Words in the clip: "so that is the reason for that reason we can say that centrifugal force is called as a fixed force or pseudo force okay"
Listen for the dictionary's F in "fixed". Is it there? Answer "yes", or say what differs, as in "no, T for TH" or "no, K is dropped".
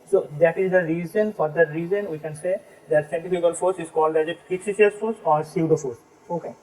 no, P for F